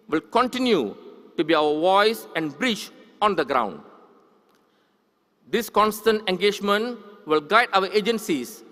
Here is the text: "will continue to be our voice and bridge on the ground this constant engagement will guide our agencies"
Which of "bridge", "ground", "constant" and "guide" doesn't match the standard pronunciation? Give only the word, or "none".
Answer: bridge